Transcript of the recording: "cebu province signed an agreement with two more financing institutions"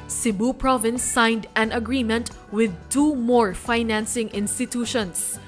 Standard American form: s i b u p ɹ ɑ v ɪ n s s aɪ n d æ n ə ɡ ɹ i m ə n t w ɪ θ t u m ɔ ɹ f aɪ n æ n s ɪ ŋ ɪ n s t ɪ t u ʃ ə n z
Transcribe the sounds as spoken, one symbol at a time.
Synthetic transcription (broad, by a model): s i b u p ɹ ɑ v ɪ n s s aɪ n d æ n ə ɡ ɹ i m ə n t w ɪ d t u m ɔ ɹ f aɪ n æ n s ɪ ŋ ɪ n s t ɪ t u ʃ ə n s